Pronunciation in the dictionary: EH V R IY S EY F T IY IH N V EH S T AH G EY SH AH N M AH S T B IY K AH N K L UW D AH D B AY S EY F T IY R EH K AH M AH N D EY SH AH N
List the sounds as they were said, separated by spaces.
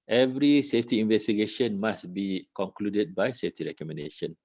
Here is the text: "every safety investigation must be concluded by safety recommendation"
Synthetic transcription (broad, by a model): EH V R IY S EY F T IY IH N V EH S T AH G EY SH AH N M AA S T B IY K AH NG K L UW D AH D B AY S EY F T IY R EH K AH M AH N D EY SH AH N